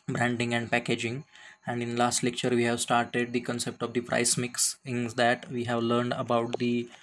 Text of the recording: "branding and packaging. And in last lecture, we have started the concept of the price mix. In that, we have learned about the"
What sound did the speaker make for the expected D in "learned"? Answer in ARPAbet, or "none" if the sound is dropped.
D